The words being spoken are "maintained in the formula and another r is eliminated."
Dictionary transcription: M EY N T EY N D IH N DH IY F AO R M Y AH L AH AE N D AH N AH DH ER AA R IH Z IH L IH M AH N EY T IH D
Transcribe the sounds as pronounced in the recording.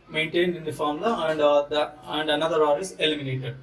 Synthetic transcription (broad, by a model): M EY N T EY N D IH N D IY F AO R M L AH AH AE N D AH N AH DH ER AA R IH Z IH L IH M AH N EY T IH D